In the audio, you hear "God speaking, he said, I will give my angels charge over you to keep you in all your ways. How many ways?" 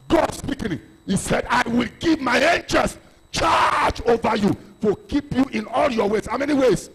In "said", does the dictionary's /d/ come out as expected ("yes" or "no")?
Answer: yes